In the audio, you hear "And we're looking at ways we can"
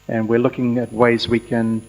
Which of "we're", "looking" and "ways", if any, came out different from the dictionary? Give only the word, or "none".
none